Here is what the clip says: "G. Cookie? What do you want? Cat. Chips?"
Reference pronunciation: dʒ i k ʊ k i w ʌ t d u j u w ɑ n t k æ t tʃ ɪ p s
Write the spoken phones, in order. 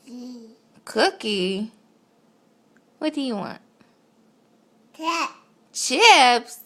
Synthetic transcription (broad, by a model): k ʊ k i w ʌ t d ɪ j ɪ w ɑ n t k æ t tʃ ɪ p s